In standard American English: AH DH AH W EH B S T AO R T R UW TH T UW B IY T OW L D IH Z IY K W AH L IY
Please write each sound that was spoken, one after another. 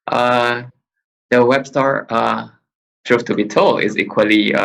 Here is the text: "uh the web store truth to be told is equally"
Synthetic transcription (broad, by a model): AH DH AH W EH B S T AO R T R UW F T UW B IY T OW L D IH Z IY K W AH L IY